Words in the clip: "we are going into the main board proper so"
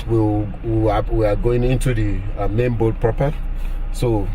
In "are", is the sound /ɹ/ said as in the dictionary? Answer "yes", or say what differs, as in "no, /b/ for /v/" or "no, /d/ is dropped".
no, /w/ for /ɹ/